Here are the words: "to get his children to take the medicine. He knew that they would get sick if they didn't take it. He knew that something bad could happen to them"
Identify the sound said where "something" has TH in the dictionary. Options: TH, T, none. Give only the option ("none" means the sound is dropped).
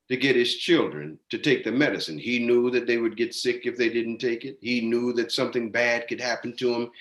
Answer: TH